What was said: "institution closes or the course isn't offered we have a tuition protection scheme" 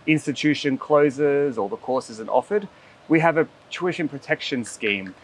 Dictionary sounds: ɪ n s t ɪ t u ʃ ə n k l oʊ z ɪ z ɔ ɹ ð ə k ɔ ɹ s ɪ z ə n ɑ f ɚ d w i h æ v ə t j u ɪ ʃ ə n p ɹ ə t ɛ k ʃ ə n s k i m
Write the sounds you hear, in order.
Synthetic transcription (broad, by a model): ɪ n s t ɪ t u ʃ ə n k l oʊ z ɪ z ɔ l ð ə k ɔ ɹ s ɪ z ə n ɑ f ɚ d w i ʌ v ə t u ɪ ʃ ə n p ɹ ə t ɛ k ʃ ə n s k i m